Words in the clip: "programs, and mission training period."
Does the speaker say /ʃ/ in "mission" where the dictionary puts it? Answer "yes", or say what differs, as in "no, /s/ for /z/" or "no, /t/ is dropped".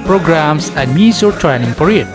no, /s/ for /ʃ/